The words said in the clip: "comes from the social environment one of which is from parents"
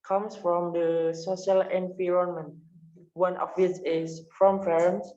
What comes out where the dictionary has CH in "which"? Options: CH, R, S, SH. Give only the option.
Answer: S